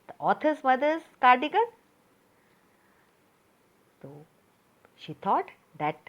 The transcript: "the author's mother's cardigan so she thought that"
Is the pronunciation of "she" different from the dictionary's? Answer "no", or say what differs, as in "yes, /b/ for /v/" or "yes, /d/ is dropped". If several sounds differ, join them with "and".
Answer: no